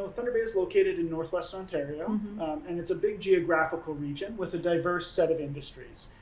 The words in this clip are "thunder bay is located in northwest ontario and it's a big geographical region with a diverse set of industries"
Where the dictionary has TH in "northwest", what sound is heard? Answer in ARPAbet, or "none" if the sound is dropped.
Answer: TH